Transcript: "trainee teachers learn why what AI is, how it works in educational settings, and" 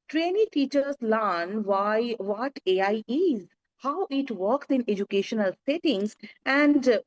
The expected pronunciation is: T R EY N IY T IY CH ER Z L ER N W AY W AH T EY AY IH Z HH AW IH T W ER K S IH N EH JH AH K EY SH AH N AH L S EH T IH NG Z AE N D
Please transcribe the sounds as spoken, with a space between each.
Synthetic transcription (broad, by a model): T R EY N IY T IY CH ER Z L ER N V AY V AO T EY AY IH Z HH AW IH T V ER K S IH N EH JH AH K EY SH AH N AH L S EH T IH NG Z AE N D